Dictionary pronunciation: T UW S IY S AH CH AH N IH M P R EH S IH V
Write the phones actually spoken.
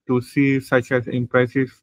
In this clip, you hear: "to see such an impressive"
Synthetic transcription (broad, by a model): T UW S IY S AH CH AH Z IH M P R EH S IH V